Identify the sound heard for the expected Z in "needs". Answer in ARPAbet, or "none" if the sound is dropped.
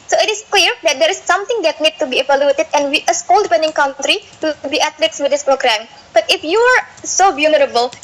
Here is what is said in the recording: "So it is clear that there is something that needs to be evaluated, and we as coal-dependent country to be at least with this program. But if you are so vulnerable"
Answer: none